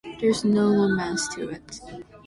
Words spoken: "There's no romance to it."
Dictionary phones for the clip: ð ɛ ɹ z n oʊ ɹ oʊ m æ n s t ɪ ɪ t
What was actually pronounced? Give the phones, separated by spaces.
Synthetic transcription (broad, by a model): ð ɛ ɹ z n oʊ l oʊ m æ s t ɪ ɪ t